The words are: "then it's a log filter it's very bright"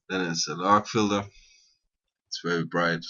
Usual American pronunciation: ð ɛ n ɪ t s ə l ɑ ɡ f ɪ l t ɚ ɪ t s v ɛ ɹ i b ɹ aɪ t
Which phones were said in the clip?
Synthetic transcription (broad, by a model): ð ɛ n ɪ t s ə n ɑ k f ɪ l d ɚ ɪ t s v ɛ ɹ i b ɹ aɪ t